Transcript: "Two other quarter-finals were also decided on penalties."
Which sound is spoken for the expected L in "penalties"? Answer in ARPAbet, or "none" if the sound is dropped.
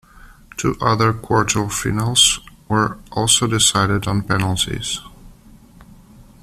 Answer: L